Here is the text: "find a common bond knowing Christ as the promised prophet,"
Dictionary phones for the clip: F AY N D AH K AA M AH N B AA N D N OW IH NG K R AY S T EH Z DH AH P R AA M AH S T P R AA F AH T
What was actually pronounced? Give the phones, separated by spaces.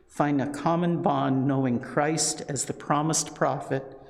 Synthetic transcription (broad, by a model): F AY N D AH K AA M AH N B AA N N OW IH NG K R AY S T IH Z DH AH P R AA M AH S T P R AA F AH T